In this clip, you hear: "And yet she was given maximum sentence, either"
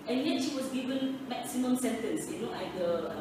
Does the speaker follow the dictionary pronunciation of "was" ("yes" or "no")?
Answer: no